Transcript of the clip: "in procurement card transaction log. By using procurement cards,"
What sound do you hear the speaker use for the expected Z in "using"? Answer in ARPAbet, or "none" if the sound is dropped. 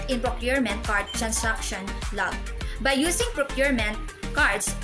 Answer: S